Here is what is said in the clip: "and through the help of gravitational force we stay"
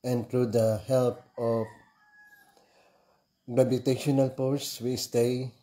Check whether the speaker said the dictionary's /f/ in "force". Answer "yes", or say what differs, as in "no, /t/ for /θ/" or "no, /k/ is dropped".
no, /p/ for /f/